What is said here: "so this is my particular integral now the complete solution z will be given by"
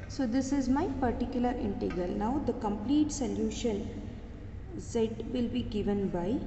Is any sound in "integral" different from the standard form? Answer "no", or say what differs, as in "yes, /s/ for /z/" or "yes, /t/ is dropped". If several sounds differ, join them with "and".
yes, /ɹ/ is dropped